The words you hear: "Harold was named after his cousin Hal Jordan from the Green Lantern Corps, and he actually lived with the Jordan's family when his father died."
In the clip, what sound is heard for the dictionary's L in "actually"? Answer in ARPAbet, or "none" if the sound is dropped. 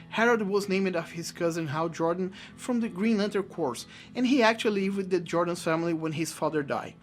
none